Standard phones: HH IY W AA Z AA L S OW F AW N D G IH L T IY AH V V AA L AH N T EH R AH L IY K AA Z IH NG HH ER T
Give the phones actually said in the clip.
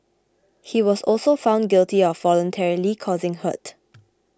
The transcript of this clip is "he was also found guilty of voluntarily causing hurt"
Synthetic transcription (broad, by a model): HH IY W AA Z AA L S OW F AW N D G IH L T IY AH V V AA L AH N T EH R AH L IY K AA Z IH NG HH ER T